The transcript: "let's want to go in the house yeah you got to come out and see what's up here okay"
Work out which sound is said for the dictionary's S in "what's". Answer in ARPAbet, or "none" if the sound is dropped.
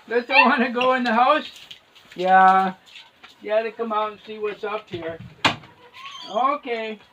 S